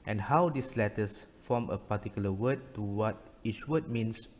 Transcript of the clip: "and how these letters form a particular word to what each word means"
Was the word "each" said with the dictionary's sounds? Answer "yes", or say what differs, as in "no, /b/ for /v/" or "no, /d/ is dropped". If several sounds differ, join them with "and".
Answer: yes